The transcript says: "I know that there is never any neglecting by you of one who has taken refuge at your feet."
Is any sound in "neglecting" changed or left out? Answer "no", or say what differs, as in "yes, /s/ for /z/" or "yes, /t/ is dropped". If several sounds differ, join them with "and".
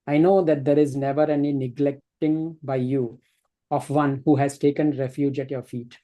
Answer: no